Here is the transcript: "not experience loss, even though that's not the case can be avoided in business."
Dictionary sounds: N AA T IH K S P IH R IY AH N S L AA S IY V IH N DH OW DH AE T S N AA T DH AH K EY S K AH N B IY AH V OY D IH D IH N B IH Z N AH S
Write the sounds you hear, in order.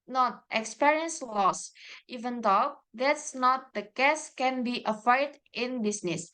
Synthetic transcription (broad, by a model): N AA T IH K S P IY R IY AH N S L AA S IY V IH N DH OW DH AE T S N AA T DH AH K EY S K AH N B IY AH F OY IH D IH N B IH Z N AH S